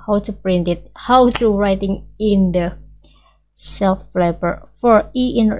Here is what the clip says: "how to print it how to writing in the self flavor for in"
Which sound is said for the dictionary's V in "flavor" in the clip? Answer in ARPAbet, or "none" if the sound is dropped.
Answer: P